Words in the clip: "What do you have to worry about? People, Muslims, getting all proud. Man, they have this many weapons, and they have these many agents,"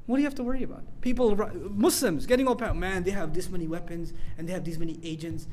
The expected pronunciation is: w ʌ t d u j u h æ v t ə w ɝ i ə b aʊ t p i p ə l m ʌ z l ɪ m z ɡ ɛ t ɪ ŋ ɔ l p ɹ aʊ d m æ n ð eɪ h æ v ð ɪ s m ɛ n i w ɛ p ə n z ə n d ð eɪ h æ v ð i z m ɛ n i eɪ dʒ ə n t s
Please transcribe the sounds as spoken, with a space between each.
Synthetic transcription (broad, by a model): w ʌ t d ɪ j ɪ h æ f t ə w ɝ i ə b aʊ t p i p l m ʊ s l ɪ m z ɡ ɛ t ɪ ŋ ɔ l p aʊ m æ n ð eɪ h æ v ð ɪ s m ɛ n i w ɛ p ə n z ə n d ð eɪ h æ v ð i z m ɛ n i eɪ dʒ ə n t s